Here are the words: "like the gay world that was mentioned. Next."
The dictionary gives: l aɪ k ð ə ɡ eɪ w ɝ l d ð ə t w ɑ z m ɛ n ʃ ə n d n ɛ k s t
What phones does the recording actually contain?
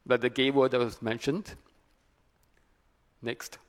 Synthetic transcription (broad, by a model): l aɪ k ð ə ɡ eɪ w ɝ d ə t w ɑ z m ɛ n ʃ ə n d n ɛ k s t